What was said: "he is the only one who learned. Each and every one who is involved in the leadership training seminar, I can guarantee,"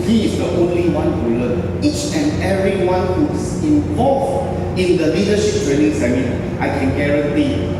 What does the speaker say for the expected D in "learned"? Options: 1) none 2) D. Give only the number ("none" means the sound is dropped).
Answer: 1